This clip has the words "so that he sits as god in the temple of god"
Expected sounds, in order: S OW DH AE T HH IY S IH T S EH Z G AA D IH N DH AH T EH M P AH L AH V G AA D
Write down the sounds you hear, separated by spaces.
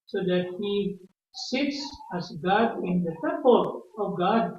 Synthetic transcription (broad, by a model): S OW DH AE T HH IY S IH T S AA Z G AA D IH N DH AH T EH M P AH L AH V G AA D